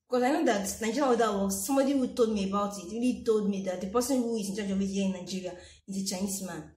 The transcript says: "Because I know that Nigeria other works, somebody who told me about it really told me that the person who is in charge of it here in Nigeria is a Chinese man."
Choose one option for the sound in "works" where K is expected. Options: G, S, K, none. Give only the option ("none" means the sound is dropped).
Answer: none